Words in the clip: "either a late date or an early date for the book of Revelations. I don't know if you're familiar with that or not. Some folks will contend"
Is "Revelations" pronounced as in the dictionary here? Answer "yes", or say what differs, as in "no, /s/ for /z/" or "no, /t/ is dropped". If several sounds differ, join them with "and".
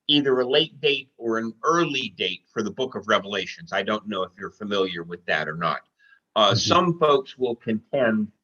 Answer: yes